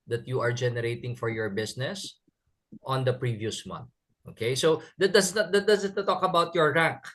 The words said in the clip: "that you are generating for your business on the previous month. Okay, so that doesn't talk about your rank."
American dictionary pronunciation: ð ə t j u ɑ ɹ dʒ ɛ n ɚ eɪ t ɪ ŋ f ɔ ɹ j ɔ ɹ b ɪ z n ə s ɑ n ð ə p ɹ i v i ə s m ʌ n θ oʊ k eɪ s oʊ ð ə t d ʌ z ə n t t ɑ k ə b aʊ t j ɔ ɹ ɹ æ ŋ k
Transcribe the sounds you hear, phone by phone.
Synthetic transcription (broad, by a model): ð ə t j u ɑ ɹ dʒ ɛ n ɚ eɪ t ɪ ŋ f ɔ ɹ j ɔ ɹ b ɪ s n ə s ɑ n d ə p ɹ i v i ə s m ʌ n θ oʊ k eɪ s oʊ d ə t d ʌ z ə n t t ɑ k ə b aʊ t j ɔ ɹ ɹ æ ŋ k